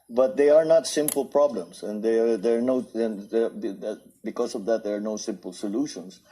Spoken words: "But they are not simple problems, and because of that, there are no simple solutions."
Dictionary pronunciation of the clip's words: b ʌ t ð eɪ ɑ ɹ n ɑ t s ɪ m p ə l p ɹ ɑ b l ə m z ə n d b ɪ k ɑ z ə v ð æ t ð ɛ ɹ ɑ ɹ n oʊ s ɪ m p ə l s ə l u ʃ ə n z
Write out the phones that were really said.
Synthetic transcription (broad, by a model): b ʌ t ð eɪ ɑ ɹ n ɑ t s ɪ m p ə l p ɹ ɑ b l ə m s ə n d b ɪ k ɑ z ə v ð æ t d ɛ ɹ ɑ ɹ n oʊ s ɪ m p ə l s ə l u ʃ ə n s